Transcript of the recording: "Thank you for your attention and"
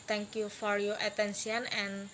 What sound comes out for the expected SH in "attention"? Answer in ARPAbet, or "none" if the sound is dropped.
S